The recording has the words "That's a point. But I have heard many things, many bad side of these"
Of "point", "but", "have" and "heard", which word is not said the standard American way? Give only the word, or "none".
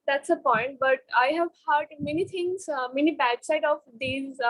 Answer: none